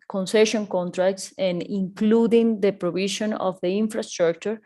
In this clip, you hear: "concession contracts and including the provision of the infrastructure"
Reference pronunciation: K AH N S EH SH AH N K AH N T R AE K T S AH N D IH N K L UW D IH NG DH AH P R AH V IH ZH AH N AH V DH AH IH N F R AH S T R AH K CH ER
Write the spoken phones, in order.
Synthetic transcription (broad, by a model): K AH N S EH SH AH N K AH N T R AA K T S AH N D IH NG K L UW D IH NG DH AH P R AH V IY SH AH N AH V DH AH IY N F R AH S T R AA K CH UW